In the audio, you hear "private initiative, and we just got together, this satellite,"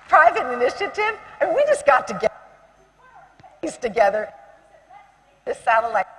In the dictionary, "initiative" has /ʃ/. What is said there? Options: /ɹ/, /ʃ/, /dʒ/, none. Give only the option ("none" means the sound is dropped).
/ʃ/